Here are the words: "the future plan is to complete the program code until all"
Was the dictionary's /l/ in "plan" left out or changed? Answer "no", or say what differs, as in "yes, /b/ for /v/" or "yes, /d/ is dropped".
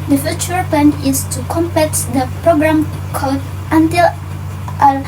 yes, /l/ is dropped